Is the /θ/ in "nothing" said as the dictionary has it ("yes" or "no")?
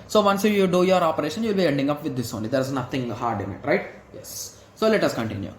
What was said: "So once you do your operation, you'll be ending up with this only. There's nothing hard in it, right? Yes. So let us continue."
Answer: no